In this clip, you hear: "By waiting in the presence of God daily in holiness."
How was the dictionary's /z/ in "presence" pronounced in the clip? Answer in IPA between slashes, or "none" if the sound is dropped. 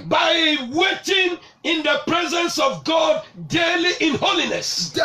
/z/